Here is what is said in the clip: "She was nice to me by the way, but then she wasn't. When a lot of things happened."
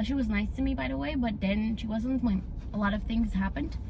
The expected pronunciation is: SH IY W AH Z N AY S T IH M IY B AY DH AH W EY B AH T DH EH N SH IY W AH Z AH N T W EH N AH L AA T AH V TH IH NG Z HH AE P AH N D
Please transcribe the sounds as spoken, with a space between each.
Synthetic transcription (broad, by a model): SH IY W AH Z N AY S T IH M IY B AY DH AH W EY B AH T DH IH N SH IY W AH Z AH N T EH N AH L AA T AH V TH IH NG Z HH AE P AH N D